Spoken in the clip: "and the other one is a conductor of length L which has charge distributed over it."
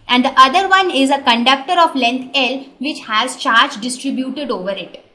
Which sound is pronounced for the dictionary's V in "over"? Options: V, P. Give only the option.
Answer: V